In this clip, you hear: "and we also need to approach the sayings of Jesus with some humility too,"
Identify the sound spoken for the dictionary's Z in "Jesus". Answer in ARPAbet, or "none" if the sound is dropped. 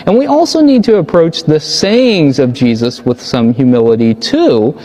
Z